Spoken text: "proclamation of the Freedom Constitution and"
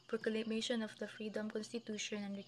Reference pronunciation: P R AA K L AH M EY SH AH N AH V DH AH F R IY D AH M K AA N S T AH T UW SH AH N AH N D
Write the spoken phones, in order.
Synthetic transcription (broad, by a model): P R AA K L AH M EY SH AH N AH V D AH F R IY D AH M K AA N S T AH T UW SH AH N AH N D